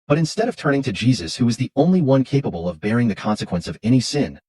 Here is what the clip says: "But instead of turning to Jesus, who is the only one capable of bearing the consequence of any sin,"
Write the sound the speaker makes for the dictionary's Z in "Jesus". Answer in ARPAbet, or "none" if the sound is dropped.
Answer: Z